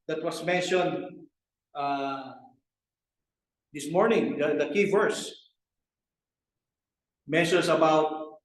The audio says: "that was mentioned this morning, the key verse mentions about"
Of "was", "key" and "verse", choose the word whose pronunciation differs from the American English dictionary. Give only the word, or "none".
was